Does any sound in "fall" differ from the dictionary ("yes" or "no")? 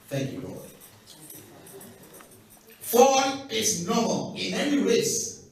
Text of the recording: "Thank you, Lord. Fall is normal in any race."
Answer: yes